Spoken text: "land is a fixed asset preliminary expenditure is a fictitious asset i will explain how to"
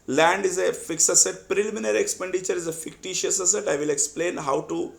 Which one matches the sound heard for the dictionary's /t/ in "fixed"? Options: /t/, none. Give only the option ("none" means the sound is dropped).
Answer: none